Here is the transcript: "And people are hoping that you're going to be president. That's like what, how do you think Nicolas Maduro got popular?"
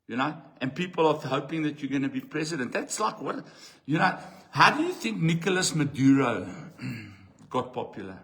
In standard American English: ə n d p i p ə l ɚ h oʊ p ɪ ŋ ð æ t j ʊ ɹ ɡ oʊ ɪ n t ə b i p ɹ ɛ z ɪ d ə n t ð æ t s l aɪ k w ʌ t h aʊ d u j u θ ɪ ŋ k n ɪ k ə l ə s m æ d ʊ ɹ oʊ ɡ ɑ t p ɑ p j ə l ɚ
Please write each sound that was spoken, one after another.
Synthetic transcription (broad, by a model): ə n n p i p ə l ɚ h oʊ p ɪ ŋ ð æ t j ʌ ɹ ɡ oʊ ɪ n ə b i p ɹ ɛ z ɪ d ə n t ð æ t s l aɪ k w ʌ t h aʊ d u j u θ ɪ ŋ k n ɪ k ə l ə s m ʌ d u ɹ oʊ ɡ ɑ t p ɑ p j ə l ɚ